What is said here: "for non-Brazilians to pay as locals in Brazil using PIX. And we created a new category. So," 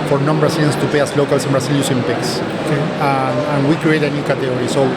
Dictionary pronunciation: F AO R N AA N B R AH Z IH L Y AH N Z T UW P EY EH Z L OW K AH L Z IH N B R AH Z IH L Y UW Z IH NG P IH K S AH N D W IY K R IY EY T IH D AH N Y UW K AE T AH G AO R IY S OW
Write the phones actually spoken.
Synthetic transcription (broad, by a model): F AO R N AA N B R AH S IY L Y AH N S T UW P EY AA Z L OW K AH L S IH N B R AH S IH L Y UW S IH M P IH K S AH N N W IY K R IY EY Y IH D AH N Y UW K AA T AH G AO R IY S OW